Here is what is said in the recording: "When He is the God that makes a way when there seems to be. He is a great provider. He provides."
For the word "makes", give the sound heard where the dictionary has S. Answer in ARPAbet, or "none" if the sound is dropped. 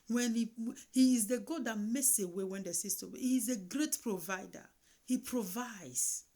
S